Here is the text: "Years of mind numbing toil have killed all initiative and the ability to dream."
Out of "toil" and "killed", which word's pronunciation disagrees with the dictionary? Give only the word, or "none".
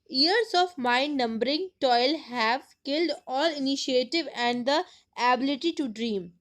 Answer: none